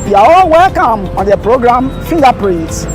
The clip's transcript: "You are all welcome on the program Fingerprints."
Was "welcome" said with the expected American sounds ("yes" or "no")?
yes